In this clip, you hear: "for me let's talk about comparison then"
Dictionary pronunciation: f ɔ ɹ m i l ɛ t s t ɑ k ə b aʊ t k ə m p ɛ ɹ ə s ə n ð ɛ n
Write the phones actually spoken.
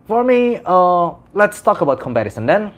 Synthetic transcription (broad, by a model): f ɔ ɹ m i l ɛ t s t ɑ k ə b aʊ t k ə m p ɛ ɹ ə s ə n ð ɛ n